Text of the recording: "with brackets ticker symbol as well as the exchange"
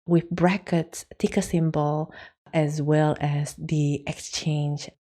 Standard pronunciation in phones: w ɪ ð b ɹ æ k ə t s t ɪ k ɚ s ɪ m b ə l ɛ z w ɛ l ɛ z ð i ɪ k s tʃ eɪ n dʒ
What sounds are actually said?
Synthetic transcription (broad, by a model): w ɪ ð b ɹ æ k ə t s t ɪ k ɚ s ɪ m b ə l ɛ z w ɛ l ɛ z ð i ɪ k s tʃ eɪ n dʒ